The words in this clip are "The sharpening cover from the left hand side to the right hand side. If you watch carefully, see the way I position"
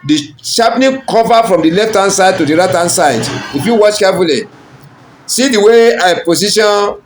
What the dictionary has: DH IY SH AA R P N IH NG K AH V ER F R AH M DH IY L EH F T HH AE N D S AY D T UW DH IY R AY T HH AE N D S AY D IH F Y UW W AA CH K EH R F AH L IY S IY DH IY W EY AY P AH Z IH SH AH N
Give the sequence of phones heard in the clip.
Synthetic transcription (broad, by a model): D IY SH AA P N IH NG K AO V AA F R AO M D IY L EH F T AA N S AY D T UW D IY R AY T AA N S AY D IH F Y UW W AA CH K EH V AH L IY S IY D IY W EY AY P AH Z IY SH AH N